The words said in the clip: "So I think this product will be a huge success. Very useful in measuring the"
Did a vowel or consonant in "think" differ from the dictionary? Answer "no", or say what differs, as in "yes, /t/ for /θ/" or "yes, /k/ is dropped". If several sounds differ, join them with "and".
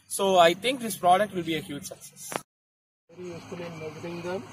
yes, /t/ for /θ/